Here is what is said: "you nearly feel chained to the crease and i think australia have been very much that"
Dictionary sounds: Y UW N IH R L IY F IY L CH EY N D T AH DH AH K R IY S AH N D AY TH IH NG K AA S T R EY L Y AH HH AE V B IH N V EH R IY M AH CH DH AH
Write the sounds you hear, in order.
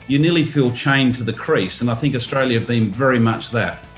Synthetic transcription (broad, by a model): Y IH N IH L IY F IY L CH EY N T AH DH AH K R IY S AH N AY TH IH NG K AA S T R EY L Y AH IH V B IH N V EH R IY M AH CH DH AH